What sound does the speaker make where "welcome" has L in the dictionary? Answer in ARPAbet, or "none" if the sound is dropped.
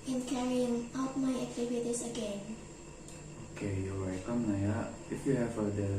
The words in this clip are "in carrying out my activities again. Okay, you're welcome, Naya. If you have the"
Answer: none